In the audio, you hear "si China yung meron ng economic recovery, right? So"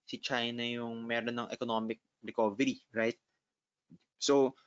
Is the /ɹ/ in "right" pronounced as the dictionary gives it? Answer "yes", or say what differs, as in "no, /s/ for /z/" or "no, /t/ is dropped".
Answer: yes